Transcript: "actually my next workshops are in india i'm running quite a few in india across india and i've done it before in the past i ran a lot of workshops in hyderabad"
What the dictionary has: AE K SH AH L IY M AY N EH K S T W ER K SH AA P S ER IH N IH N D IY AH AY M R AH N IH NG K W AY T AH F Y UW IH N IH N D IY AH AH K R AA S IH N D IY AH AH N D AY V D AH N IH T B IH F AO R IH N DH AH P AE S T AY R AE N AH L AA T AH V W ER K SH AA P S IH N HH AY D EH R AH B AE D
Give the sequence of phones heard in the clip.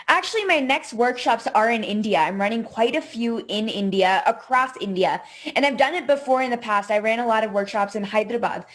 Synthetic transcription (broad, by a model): AE K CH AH L IY M AY N EH K S T W ER K SH AA P S ER IH N IH N D IY AH AY M R AH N IH NG K W AY T AH F Y UW IH N IH N D IY AH AH K R AA S IH N D IY AH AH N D AY V D AH N IH T B IH F AO R IH N DH AH P AE S T AY R AE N AH L AA T AH V W ER K SH AA P S IH N HH AY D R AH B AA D